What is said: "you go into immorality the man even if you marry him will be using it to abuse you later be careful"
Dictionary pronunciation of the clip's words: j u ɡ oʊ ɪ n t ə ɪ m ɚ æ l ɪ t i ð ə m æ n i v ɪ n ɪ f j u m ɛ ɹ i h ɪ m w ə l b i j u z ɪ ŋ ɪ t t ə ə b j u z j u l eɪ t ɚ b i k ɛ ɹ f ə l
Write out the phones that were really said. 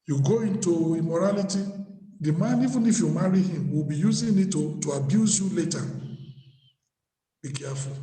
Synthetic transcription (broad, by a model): j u ɡ oʊ ɪ n t ə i m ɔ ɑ l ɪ t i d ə m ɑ n i v ɪ n ɪ f j u m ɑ ɹ i h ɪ m w ə l b i j u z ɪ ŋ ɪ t t ə ə b j u z j u l eɪ t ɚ b i k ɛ f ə l